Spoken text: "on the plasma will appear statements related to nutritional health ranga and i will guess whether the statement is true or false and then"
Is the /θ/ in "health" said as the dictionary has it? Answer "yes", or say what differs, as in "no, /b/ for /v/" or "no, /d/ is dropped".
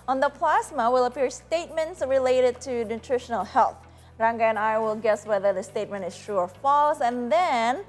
yes